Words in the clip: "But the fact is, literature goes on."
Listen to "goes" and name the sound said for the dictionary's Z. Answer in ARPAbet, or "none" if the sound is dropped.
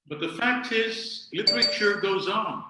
Z